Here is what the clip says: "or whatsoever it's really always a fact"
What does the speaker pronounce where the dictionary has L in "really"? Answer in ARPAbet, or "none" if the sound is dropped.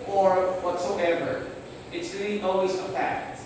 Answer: N